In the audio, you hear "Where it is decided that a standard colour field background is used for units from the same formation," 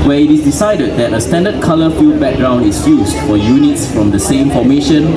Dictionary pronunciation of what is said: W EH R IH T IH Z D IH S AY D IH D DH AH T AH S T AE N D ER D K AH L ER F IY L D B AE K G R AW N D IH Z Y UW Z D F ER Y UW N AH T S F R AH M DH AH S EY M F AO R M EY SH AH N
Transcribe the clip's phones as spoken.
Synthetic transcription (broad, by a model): W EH IH T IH S D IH S AY D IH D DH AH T AH S T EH N D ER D K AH L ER F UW D B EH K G R AW N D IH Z Y UW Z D F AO Y UW N AH T S F R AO M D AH S EY M F AO M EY SH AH N